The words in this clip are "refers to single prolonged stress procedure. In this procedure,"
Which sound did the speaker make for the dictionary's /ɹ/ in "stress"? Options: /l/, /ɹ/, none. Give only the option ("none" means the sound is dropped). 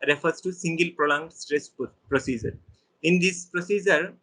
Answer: /ɹ/